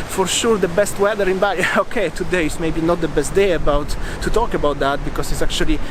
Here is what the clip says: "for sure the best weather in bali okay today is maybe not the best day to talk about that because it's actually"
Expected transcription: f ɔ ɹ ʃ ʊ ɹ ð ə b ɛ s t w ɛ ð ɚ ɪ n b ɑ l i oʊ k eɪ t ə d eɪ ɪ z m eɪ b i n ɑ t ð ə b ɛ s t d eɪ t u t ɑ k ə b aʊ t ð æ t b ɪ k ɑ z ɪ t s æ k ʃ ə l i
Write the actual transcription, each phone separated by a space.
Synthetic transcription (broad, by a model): f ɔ ɹ ʃ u ɹ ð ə b ɛ s t w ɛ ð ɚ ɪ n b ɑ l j oʊ k eɪ t ə d eɪ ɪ s m eɪ b i n ɑ t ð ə b ɛ s t d eɪ t u t ɑ k ə b aʊ t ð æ t b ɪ k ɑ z ɪ t s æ k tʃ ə l i